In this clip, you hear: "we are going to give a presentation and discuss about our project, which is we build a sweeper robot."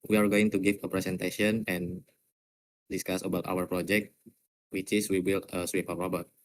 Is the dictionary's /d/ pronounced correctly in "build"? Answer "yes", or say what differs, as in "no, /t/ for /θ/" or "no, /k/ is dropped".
no, /d/ is dropped